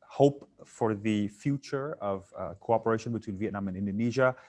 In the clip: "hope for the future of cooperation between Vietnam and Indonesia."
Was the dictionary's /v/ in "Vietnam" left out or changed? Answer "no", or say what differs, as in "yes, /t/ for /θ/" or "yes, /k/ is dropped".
no